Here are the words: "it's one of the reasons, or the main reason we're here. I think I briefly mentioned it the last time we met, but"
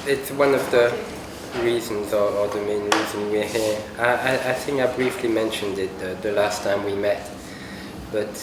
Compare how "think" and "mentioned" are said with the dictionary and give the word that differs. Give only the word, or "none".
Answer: none